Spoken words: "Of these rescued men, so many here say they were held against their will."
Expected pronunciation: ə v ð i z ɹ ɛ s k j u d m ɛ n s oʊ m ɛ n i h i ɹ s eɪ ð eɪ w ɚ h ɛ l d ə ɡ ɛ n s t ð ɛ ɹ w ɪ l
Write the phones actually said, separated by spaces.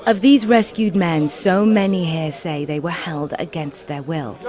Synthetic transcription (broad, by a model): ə v ð i z ɹ ɛ s k j u d m ɛ n s oʊ m ɛ n i h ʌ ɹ s eɪ ð eɪ w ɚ h ɛ l d ə ɡ ɛ n s t ð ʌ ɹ w ɪ l